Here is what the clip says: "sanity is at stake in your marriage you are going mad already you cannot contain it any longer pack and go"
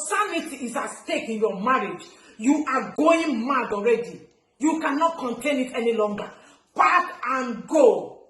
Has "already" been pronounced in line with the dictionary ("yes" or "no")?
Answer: yes